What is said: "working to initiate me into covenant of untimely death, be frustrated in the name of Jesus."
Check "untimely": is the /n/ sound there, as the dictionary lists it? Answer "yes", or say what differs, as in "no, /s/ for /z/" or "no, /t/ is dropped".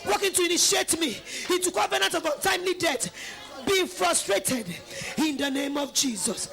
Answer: no, /n/ is dropped